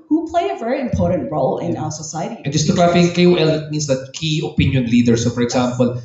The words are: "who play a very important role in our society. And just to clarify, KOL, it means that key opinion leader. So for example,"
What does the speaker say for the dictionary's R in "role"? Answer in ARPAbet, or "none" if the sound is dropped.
R